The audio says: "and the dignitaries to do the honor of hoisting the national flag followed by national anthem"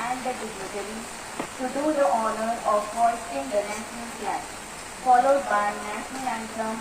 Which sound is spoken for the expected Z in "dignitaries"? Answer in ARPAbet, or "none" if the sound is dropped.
none